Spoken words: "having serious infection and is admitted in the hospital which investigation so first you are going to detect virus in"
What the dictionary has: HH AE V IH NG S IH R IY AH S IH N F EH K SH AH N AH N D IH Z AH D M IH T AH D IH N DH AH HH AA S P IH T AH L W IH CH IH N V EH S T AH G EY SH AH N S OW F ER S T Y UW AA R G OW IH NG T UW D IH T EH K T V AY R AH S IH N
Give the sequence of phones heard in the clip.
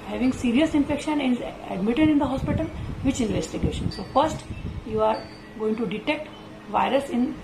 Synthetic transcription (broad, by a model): HH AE V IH NG S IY R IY AH S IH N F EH K SH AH N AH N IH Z AH D M IH T AH D IH N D AH HH AA S P IH T AH L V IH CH IH N V EH S T AH G EY SH AH N S OW F ER S T Y UW AA R G OW IH NG T UW D IH T EH K T V AY R AH S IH N